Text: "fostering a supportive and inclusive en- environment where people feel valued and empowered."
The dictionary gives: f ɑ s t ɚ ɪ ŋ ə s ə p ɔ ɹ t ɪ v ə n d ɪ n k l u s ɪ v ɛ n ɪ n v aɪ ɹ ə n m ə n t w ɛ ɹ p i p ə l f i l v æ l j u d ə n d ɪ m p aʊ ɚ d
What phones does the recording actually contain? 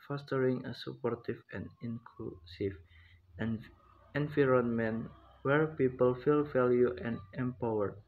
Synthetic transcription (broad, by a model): f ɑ s t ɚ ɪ ŋ ə s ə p ɔ ɹ t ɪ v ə n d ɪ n k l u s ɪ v ɛ n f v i ɹ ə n m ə n w ɛ ɹ p i p ə l f i l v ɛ l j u ə n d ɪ m p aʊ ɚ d